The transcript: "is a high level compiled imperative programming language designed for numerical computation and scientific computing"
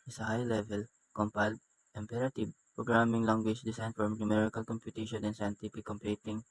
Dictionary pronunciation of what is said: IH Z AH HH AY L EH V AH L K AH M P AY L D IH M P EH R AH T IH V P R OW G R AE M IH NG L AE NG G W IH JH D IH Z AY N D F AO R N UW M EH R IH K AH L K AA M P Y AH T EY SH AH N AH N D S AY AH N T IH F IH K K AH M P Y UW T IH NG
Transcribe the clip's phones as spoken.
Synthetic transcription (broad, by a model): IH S AH HH AY L EH V AH L K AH M P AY L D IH M P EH R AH T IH B P R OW G R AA M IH NG L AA NG G W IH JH D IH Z AY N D F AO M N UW M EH R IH K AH L K AA M P Y AH T EY SH AH N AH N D S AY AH N T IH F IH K K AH M P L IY T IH NG